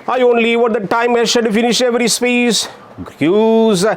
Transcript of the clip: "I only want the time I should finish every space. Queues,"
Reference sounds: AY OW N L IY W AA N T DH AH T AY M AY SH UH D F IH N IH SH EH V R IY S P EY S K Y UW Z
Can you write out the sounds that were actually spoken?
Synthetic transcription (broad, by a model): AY OW N L IY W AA T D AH T AY M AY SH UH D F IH N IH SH EH V R IY S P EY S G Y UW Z